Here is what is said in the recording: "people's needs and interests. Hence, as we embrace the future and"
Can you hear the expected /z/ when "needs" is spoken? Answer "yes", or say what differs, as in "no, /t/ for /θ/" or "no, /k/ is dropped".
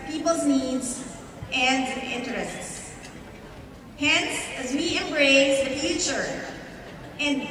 yes